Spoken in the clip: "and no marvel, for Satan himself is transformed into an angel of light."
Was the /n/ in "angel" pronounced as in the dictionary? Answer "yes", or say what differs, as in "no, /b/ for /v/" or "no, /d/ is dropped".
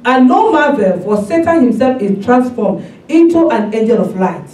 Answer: no, /n/ is dropped